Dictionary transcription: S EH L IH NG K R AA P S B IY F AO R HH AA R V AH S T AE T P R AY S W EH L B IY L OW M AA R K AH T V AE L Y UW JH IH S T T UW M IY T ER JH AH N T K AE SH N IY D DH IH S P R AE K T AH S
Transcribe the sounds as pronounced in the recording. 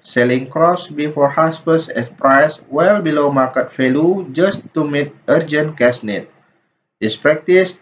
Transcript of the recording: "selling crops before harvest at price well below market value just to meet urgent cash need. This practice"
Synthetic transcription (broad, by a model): S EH L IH NG K R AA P S B IY F AO R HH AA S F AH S EH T P R AY S W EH L B IY L OW M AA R K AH T F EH L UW JH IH S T T UW M IY T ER JH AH N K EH S N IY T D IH S P R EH K T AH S